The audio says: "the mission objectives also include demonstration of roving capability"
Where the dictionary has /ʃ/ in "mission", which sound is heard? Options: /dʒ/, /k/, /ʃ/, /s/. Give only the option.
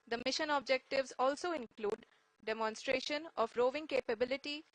/ʃ/